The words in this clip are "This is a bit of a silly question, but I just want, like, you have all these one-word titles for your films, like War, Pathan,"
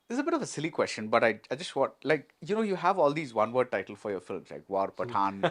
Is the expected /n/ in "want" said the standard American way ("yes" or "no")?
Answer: no